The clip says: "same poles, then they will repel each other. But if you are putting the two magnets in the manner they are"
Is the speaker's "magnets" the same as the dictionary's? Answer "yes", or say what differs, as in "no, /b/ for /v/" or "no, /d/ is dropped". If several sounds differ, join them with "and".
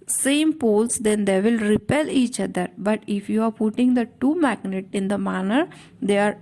no, /s/ is dropped